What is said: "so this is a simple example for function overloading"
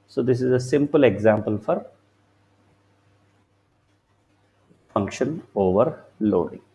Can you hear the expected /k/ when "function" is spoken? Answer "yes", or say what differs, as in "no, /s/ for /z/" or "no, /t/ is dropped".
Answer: yes